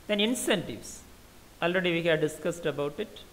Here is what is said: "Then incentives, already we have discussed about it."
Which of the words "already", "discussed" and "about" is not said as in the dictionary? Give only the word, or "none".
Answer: none